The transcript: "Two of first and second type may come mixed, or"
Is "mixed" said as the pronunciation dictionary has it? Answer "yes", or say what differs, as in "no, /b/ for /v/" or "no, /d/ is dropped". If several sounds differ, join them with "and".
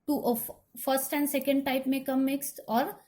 yes